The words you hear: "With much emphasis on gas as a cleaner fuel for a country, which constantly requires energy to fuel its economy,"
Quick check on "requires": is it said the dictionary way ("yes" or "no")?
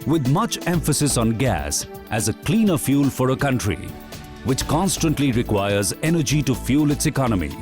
yes